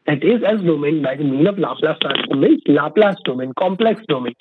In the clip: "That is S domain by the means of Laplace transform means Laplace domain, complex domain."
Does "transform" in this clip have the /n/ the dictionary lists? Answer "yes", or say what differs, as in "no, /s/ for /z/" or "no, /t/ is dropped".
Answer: no, /n/ is dropped